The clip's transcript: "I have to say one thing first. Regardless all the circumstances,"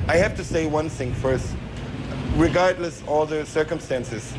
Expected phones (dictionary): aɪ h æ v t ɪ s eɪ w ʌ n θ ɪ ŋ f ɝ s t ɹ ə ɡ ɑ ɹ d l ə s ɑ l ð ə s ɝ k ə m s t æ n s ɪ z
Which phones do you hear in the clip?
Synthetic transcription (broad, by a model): aɪ h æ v t ɪ s eɪ w ʌ n θ ɪ ŋ f ɝ s t ɹ ə ɡ ɑ ɹ d l ə s ɑ l ð ə s ɝ k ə m s t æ n s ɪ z